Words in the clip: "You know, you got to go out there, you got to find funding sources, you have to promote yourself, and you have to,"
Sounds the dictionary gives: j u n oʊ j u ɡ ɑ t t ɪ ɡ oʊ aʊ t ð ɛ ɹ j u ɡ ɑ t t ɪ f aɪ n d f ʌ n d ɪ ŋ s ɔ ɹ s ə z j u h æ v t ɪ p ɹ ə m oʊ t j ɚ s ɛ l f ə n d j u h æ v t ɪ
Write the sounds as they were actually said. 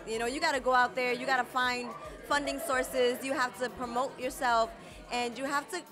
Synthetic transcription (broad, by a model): j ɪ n oʊ j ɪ ɡ ɑ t t ɪ ɡ oʊ aʊ t ð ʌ ɹ j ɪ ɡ ɑ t t ɪ f aɪ n d f ʌ n d ɪ ŋ s ɔ ɹ s ə z j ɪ h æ f t ɪ p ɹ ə m oʊ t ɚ s ɛ l f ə n j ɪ h æ f t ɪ